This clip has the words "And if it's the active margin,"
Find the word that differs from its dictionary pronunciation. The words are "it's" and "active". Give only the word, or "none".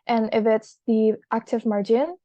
none